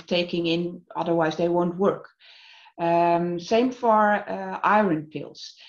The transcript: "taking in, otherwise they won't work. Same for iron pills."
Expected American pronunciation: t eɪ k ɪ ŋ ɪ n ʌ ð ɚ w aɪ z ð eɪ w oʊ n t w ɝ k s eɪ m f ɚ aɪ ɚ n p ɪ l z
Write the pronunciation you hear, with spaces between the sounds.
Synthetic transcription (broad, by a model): t eɪ k ɪ ŋ ɪ n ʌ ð ɚ w aɪ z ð eɪ w oʊ n t w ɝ k s eɪ m f ɚ aɪ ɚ n p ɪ l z